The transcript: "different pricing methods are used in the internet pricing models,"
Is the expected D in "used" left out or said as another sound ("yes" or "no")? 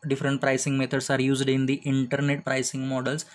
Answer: no